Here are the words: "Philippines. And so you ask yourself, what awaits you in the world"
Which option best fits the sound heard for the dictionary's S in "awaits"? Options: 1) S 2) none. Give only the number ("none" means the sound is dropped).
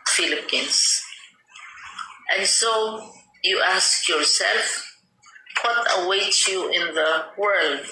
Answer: 2